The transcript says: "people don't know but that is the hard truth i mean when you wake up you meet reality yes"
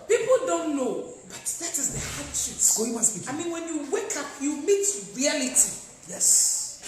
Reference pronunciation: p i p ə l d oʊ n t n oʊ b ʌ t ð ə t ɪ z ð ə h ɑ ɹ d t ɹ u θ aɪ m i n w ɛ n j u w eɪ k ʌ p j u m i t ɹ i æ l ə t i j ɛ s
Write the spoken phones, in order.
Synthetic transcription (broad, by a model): p i p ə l d oʊ n t n oʊ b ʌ t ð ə t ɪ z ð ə h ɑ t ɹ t w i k aɪ m i n w ɛ n j u w eɪ k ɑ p j u m i t ɹ i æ l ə t i j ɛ s